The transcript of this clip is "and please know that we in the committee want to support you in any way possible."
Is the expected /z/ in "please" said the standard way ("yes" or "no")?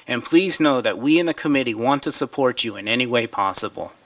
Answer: yes